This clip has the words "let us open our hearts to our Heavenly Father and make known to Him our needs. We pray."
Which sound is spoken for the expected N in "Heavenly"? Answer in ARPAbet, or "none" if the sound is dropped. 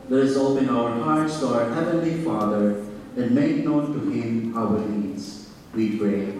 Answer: N